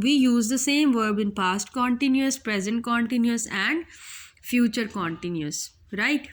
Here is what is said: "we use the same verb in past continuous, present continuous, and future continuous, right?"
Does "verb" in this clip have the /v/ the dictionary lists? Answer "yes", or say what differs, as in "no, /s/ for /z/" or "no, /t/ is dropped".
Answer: yes